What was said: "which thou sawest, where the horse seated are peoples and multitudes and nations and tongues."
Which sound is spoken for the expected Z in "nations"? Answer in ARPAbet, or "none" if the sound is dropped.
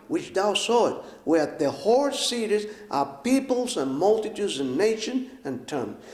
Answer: none